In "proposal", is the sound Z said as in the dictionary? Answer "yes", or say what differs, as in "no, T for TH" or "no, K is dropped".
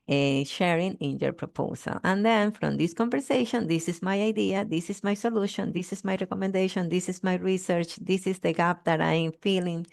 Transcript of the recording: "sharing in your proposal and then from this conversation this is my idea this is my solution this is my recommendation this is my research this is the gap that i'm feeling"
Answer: no, S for Z